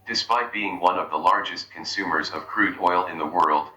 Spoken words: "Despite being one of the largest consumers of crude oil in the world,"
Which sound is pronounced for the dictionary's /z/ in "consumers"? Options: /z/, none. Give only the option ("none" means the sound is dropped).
/z/